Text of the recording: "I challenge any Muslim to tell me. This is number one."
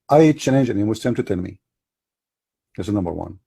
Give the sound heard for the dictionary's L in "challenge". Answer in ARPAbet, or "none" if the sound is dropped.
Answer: N